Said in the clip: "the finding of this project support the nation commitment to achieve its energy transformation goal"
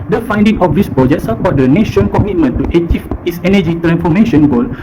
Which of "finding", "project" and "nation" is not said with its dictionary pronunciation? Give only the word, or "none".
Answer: project